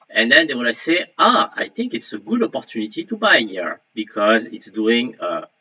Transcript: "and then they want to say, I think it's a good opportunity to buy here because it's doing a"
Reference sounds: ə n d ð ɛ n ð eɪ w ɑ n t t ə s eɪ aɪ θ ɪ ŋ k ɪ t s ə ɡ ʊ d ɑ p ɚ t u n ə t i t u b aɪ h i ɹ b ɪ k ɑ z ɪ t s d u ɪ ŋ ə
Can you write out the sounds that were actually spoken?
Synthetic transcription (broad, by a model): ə n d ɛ n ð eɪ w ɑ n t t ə s eɪ aɪ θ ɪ ŋ k ɪ t s ə ɡ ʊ d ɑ p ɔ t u n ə t i t u b aɪ h i ɹ b ɪ k ɑ z ɪ t s d u ɪ ŋ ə